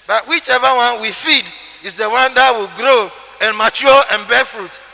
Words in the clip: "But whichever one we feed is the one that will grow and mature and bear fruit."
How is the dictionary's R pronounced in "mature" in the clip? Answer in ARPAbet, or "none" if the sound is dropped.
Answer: L